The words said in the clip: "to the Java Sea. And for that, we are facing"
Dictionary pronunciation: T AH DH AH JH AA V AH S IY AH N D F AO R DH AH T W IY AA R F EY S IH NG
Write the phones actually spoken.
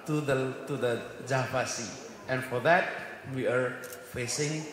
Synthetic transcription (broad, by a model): T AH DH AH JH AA P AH S IY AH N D F AO R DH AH T W IY AA R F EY S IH NG